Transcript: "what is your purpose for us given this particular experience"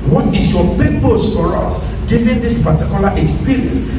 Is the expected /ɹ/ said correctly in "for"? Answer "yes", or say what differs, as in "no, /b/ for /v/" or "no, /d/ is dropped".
yes